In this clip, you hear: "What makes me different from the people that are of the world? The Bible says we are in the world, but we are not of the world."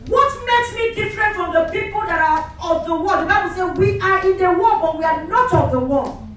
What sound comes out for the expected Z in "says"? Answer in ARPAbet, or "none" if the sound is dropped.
none